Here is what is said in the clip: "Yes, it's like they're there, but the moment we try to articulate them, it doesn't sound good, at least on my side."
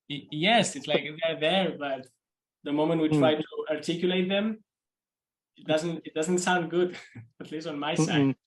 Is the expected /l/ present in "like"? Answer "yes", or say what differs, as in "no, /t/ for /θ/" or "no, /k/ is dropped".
yes